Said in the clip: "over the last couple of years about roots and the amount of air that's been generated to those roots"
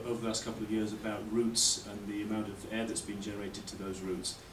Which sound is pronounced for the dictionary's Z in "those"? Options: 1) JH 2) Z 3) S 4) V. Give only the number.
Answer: 2